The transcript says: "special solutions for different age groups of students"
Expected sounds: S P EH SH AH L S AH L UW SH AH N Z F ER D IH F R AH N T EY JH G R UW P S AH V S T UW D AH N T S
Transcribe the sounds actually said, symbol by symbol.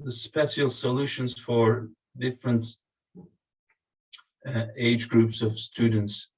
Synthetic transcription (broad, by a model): S P EH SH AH L S AH L UW SH AH N Z F ER D IH F R AH N T EY JH G R UW P S AH V S T UW D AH N T S